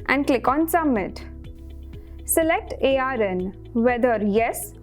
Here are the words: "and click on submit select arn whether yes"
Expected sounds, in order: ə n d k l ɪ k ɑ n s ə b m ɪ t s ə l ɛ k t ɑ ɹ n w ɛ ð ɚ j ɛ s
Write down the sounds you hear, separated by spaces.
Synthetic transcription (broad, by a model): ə n d k l ɪ k ɑ n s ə m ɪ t s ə l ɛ k t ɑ ɹ n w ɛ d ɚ j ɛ s